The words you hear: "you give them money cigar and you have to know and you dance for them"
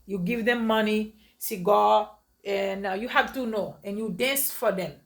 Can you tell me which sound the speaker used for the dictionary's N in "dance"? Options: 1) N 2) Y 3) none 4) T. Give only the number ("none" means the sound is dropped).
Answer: 1